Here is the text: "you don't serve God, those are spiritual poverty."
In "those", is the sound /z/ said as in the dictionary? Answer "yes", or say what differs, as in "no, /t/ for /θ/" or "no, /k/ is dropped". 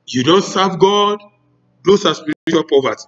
no, /s/ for /z/